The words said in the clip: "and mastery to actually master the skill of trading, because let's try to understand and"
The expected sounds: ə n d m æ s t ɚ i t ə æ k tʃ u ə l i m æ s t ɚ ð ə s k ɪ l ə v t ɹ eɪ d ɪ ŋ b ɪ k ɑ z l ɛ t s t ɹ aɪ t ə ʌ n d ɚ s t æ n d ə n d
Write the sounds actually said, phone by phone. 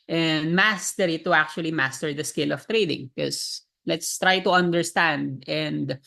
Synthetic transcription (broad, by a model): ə n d m æ s t ɚ i t ə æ k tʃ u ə l i m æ s t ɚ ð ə s k ɪ l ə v t ɹ eɪ d ɪ ŋ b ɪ k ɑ s l ɛ t s t ɹ aɪ t ə ʌ n d ɚ s t æ n d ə n d